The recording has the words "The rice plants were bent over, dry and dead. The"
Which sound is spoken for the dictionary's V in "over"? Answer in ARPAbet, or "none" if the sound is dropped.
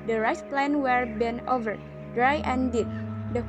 V